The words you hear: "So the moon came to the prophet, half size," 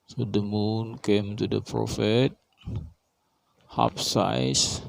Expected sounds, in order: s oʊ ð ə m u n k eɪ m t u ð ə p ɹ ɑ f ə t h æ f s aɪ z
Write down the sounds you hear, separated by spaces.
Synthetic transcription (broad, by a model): s oʊ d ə m u n k eɪ m t u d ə p ɹ ɑ f ə t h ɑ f s aɪ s